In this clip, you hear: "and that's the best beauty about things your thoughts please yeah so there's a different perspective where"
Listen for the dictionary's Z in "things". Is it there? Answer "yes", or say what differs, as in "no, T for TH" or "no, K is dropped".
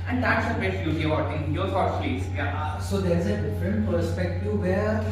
no, Z is dropped